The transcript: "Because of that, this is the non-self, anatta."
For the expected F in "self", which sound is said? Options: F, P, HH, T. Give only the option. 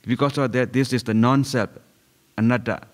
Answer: P